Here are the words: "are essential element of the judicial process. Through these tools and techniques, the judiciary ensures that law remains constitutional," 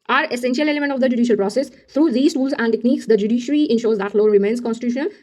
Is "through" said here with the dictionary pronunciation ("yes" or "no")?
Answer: no